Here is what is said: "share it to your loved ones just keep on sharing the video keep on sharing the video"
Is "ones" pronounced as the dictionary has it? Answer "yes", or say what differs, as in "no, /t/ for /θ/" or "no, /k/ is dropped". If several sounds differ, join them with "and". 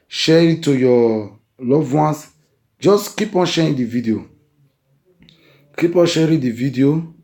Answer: no, /s/ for /z/